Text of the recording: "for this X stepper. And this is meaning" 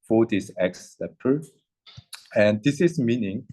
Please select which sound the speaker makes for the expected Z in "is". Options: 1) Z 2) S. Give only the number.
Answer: 2